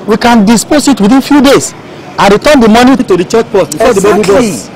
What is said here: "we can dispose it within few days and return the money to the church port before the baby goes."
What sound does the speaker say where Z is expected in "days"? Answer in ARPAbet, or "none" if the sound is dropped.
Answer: S